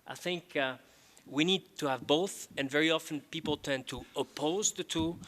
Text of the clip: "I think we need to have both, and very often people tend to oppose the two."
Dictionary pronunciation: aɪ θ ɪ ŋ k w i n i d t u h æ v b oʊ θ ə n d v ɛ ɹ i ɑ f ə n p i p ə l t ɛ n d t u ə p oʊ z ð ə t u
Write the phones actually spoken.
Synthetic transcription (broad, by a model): aɪ θ ɪ ŋ k w i n i d t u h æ v b oʊ θ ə n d v ɛ ɹ i ɑ f ə n p i p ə l t ɛ n t u ə p oʊ z ð ə t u